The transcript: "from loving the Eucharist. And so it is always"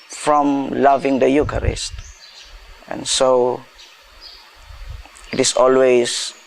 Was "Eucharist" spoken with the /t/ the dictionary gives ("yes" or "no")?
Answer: yes